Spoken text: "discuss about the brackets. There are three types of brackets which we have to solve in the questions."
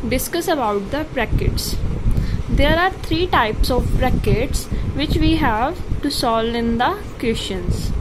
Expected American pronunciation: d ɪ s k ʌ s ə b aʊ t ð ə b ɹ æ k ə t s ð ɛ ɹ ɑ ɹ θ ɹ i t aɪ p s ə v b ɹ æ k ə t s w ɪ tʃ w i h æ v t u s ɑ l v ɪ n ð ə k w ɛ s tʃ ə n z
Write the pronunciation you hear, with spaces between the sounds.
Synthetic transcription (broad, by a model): d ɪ s k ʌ s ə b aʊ t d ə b ɹ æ k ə t s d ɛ ɹ ɑ ɹ t ɹ i t aɪ p s ə v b ɹ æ k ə t s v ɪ tʃ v i h æ v t u s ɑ l ɪ n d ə k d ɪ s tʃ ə n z